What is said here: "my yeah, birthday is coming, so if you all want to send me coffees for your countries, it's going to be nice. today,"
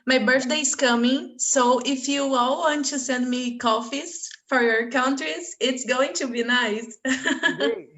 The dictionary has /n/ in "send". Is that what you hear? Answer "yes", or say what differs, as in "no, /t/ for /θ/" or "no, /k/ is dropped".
yes